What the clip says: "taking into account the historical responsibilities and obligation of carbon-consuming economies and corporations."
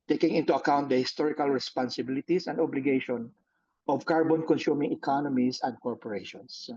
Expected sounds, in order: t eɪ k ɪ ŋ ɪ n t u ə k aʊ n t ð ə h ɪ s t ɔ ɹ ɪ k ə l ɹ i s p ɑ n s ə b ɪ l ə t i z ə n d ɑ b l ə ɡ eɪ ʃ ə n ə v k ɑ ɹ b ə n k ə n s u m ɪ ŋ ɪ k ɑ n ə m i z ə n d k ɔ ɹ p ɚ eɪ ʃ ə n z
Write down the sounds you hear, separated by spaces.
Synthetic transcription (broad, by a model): t eɪ k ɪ ŋ ɪ n t u ə k aʊ n t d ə h ɪ s t ɔ ɹ ɪ k ə l ɹ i s p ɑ n s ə b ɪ l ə t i s ə n d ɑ b l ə ɡ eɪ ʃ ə n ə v k ɑ ɹ b ə n k ə n s u m ɪ ŋ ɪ k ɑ n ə m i s ə n d k ɔ ɹ p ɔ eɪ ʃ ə n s